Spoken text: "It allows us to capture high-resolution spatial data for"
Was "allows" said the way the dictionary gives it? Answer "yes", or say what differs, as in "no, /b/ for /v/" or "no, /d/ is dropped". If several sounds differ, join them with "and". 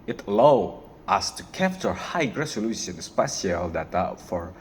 no, /z/ is dropped